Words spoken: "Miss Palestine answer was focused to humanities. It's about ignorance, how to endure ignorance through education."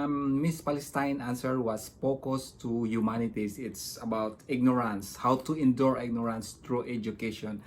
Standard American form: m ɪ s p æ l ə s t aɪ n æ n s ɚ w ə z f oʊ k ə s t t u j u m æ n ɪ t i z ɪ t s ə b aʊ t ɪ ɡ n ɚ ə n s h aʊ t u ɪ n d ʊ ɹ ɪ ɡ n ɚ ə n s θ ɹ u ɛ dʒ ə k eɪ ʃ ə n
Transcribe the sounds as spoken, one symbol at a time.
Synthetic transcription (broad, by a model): m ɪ s p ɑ l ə s t aɪ n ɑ n s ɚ w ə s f oʊ k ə s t t u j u m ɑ n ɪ t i s ɪ t s ə b aʊ t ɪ ɡ n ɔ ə n s h aʊ t u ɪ n d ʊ ɹ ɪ ɡ n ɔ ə n s t ɹ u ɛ dʒ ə k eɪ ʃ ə n